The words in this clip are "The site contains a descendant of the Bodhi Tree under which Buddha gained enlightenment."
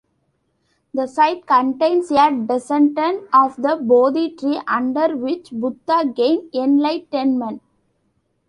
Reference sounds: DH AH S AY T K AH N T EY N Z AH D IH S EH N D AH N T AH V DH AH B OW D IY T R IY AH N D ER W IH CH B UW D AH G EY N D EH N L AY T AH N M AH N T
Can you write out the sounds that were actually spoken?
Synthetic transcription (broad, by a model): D AH S AY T K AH N T EY N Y AH D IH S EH N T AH N AH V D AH B OW D IY T R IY AH N D ER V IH CH B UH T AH G EY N EH N L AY T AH N M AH N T